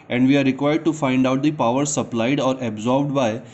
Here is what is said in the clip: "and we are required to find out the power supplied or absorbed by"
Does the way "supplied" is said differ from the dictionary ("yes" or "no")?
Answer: no